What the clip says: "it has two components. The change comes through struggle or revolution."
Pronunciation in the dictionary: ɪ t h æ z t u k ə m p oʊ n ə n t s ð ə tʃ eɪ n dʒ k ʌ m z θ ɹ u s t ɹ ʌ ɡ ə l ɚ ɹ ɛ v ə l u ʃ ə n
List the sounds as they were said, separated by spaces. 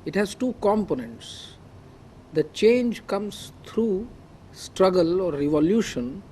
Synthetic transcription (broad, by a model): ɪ t h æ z t u k ə m p oʊ n ə n t s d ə tʃ eɪ n dʒ k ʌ m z t ɹ u s t ɹ ʌ ɡ ə l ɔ ɹ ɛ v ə l u ʃ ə n